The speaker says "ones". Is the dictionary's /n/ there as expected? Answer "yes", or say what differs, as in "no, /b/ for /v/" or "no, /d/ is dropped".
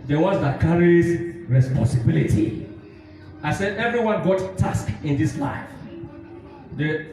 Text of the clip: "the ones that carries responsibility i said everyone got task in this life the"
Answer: no, /n/ is dropped